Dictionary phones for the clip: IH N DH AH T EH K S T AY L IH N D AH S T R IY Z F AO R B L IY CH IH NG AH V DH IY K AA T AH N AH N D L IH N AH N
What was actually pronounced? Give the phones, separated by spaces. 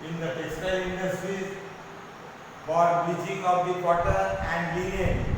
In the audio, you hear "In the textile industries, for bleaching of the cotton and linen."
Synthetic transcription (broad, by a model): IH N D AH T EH S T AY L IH N D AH S T R IY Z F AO R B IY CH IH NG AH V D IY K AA T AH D AH N D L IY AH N